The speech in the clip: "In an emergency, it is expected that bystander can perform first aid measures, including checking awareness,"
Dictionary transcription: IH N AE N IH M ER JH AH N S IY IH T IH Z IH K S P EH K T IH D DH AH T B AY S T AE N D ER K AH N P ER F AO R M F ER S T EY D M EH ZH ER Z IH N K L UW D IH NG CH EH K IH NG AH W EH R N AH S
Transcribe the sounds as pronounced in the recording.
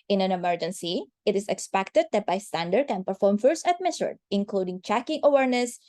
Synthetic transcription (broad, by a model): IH N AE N IH M ER JH AH N S IY IH T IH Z IH K S P EH K T IH D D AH T B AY S T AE N D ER K AH N P ER F AO R M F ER S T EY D M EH S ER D IH N K L UW D IH NG CH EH K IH NG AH W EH R N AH S